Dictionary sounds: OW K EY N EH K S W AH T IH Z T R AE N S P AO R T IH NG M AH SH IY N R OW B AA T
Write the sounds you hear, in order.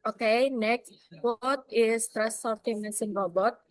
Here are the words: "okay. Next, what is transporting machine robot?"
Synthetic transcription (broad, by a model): OW K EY N EH K S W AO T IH S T R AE S AO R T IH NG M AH S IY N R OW B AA T